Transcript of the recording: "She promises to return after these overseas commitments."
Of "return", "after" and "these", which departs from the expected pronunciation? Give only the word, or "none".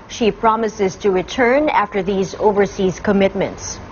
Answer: none